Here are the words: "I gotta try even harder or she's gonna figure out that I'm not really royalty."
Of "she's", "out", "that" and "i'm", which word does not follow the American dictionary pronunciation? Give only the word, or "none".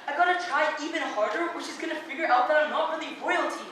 none